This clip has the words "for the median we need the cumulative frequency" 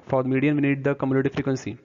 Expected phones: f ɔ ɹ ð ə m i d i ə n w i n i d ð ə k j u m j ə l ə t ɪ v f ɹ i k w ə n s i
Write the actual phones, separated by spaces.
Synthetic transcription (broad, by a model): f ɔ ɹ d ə m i d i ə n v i n i d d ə k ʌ m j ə n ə t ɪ f ɹ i k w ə n s i